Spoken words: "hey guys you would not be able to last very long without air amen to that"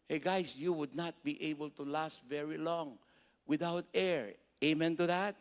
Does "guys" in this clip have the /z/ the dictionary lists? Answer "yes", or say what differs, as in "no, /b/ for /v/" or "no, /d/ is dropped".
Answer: no, /s/ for /z/